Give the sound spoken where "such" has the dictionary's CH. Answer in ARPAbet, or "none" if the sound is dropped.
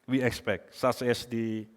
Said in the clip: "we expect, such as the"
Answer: S